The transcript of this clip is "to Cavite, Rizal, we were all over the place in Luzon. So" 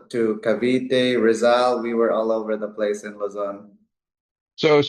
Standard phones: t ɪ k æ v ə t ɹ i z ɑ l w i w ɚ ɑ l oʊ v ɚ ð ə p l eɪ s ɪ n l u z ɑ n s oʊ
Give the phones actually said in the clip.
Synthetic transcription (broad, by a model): t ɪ k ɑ v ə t ɹ i z ɑ l w i w ɚ ɑ l oʊ v ɚ ð ə p l eɪ s ɪ n l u z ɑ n s oʊ